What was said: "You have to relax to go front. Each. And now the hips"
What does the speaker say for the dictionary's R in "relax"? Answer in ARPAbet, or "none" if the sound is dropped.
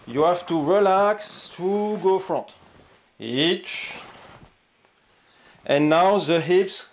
R